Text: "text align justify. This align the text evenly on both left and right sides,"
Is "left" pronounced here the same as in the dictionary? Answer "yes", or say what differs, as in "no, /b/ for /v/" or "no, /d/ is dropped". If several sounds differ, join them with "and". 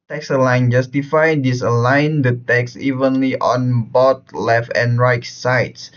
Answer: yes